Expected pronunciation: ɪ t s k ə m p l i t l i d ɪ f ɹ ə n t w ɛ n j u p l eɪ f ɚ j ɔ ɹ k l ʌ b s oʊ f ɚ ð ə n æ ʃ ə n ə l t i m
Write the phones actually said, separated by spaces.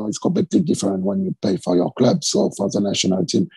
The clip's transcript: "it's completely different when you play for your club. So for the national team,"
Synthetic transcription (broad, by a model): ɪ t s k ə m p l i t l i d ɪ f ɹ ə n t w ɛ n j u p eɪ f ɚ j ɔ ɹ k l ʌ b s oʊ f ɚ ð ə n æ ʃ ə n ə l t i m